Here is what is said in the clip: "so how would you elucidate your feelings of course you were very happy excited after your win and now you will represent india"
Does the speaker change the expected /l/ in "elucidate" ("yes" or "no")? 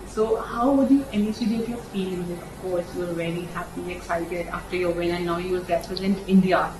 yes